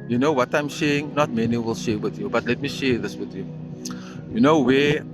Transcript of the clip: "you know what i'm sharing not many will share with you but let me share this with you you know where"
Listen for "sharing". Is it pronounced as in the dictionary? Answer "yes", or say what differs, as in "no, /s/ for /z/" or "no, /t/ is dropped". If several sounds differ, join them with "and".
no, /ɹ/ is dropped